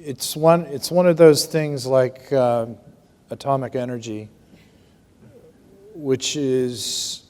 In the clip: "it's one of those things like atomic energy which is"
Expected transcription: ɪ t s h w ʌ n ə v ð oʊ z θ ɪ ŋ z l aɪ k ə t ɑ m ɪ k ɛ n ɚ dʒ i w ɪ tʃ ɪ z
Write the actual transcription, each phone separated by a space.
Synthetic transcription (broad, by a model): ɪ t s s w ʌ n ə v ð oʊ z θ ɪ ŋ z l aɪ k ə t ɑ m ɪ k ɛ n ɚ dʒ i w ɪ tʃ ɪ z